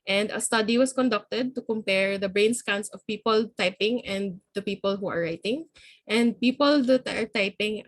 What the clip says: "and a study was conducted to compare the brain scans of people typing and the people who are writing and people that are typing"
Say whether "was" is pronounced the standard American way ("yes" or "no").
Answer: no